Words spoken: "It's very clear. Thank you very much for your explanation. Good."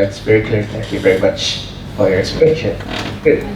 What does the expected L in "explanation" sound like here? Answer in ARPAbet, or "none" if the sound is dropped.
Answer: none